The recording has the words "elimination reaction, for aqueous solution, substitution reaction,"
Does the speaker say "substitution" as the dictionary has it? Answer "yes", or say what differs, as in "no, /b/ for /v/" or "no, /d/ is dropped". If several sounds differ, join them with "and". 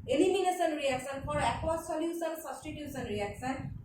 no, /s/ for /ʃ/